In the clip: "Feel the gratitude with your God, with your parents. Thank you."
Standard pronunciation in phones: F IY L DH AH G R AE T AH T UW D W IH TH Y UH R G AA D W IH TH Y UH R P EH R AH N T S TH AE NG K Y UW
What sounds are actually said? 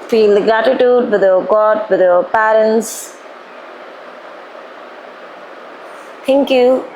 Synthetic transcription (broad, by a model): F IY L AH G R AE T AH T UW D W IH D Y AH G AA D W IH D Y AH P EH R AH N T S T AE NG K Y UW